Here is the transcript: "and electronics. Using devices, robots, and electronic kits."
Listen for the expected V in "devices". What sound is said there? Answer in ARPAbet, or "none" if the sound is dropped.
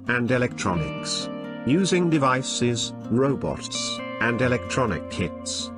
V